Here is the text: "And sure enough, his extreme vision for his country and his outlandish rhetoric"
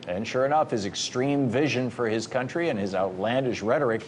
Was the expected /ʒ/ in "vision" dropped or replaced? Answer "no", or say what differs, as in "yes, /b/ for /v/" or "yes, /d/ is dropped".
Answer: no